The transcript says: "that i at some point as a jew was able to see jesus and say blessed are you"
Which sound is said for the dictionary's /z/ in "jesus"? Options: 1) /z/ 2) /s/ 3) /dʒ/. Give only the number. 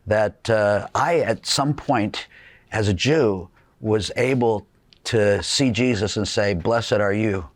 1